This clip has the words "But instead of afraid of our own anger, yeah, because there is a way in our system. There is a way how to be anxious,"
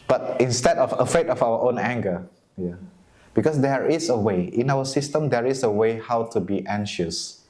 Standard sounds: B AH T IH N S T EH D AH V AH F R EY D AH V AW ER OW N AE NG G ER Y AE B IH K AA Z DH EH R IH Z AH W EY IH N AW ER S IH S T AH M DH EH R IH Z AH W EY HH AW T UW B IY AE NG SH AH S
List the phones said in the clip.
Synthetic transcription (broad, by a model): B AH T IH N S T EH D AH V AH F EY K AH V AW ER OW N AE NG G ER Y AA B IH K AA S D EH R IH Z AH W EY IH N AW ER S IH S T AH M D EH R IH S AH W EY HH AW T UW B IY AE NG SH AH S